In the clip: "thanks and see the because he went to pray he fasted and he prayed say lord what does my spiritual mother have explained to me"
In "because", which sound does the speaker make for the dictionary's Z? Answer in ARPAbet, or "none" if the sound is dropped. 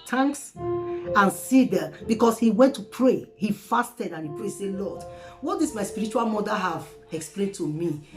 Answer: S